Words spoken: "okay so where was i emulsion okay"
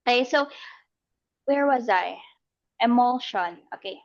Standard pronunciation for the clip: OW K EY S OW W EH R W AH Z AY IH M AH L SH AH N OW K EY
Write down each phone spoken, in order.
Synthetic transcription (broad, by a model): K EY S OW W EH R W AH Z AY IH M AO L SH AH N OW K EY